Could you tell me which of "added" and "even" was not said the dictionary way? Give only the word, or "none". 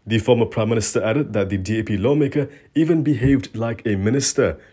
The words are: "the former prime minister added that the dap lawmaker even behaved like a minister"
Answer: none